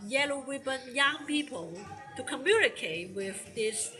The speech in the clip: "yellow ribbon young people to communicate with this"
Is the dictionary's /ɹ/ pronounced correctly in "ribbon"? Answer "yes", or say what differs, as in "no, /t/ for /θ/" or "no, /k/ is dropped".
no, /w/ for /ɹ/